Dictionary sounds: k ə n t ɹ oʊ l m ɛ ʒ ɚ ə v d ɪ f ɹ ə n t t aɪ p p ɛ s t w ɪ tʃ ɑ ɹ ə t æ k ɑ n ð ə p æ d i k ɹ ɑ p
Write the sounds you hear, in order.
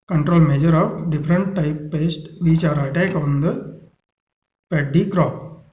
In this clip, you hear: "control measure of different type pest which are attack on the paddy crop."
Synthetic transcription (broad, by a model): k ə n t ɹ oʊ l m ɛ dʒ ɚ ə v d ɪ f ɹ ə n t t aɪ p p ɛ s t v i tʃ ɑ ɹ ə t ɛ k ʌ n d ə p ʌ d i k ɹ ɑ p